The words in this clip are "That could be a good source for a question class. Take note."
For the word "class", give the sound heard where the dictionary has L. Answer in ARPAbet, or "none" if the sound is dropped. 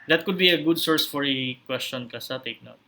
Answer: none